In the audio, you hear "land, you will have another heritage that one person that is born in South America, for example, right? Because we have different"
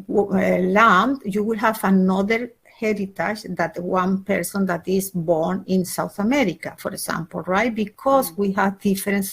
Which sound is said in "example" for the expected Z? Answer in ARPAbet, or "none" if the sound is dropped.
S